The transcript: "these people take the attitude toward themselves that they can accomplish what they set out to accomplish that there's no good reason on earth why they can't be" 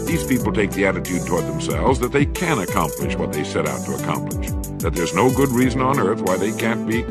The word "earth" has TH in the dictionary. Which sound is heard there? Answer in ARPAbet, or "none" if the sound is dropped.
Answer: TH